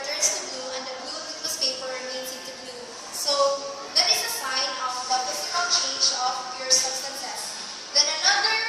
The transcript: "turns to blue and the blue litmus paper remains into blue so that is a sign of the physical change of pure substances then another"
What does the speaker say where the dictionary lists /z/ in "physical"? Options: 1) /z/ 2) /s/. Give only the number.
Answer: 2